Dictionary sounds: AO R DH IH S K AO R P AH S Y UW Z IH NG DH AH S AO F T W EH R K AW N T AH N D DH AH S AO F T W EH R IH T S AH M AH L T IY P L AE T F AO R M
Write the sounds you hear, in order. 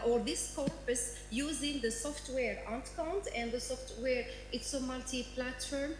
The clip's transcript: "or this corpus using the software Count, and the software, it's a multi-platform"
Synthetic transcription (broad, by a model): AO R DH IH S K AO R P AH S Y UW Z IH NG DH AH S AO F T W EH R K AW N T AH N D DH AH S AO F T W EH R IH T S AH M AH L T IY P L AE T F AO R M